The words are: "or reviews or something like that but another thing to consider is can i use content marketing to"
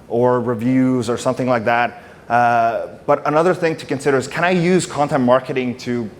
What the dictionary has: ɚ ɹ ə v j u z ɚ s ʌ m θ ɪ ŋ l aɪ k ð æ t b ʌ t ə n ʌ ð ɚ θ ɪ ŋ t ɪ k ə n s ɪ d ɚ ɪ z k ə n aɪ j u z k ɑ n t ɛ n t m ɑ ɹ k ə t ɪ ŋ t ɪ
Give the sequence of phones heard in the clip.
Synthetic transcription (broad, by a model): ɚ ɹ ə v j u z ɚ s ʌ m θ ɪ ŋ l aɪ k ð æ t b ʌ t ə n ʌ ð ɚ θ ɪ ŋ t ɪ k ə n s ɪ d ɚ ɪ z k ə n aɪ j u z k ɑ n t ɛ n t m ɑ ɹ k ə t ɪ ŋ t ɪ